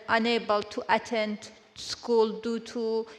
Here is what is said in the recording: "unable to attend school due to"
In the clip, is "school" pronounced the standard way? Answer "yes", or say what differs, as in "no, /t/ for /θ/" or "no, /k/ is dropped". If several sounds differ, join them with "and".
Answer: yes